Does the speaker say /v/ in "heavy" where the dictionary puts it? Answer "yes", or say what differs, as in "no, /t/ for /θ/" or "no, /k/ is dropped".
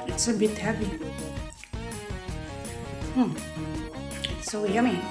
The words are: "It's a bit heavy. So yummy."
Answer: no, /p/ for /v/